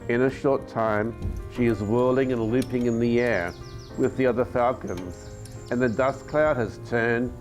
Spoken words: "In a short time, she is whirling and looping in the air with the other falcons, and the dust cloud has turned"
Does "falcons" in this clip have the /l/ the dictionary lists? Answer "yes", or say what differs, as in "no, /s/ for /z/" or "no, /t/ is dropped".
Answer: yes